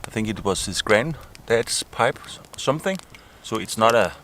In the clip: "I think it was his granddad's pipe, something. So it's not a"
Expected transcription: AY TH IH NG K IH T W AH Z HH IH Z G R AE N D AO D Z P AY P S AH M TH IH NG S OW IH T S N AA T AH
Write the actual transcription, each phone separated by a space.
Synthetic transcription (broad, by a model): AY TH IH NG K IH T W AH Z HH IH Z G R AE N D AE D S P AY P S AH M TH IH NG S OW IH T S N AA T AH